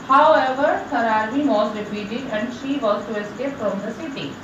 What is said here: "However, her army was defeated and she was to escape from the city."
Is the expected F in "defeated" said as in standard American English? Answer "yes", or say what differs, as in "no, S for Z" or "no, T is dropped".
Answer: no, P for F